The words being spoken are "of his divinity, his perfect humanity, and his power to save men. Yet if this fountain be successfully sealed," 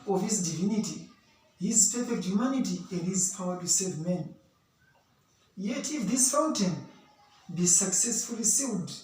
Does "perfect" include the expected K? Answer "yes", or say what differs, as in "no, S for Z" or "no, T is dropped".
no, K is dropped